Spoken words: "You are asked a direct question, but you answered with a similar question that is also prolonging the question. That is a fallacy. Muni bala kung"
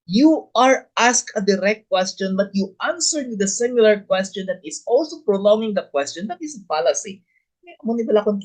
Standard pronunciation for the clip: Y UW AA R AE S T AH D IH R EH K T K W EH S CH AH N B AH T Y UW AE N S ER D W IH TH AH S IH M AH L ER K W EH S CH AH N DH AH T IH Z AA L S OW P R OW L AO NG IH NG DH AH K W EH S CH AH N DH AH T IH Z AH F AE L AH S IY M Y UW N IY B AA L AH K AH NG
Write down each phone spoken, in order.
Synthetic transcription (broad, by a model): Y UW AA R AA S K AH D IH R EH K T K W EH S CH AH N B AH T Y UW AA N S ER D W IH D AH S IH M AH L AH K W EH S CH AH N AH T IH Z AA L S OW P R OW L AO NG IH NG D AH K W EH S CH AH N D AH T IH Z AH P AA L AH S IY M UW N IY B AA L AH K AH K